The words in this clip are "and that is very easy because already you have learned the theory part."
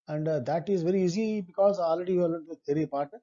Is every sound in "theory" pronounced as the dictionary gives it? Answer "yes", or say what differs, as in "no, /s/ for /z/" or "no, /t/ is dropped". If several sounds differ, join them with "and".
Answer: no, /t/ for /θ/